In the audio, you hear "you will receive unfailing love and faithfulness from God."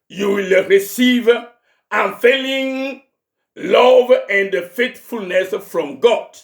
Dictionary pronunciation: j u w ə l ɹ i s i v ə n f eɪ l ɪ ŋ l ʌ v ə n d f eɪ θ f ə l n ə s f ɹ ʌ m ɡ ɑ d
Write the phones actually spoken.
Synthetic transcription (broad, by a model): j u w ə l ɹ i s i v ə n f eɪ l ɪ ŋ l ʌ v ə n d f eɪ t f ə l n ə s f ɹ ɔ m ɡ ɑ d